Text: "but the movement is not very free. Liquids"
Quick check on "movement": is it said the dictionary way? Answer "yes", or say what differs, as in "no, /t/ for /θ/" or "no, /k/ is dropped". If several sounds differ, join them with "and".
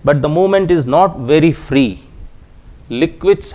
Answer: no, /v/ is dropped